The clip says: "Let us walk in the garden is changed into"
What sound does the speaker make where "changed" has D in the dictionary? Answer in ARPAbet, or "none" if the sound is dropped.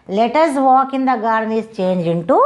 none